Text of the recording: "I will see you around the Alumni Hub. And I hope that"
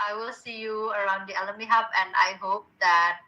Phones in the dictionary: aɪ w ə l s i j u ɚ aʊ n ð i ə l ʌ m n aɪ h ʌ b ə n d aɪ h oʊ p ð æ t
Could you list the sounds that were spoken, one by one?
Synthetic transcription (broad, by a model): aɪ w ə l s i j u ɚ aʊ n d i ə l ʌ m i h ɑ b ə n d aɪ h oʊ p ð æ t